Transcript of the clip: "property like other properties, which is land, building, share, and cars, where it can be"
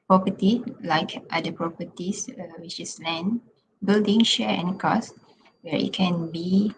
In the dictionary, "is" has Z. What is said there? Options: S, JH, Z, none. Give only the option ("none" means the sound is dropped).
S